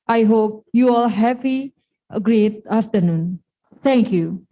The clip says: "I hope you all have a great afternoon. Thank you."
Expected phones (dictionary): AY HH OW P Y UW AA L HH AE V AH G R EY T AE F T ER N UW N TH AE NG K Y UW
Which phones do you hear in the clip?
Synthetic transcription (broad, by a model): AY HH OW P Y UW AA L HH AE P AH G R EY T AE F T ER N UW N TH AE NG K Y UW